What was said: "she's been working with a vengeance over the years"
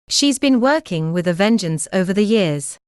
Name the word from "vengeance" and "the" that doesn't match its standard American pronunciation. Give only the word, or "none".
none